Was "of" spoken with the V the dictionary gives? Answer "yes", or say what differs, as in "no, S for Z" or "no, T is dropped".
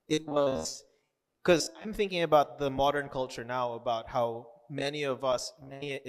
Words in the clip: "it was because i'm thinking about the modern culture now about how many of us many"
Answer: yes